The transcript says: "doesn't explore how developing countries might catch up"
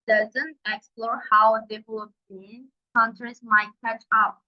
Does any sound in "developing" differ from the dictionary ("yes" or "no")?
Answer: yes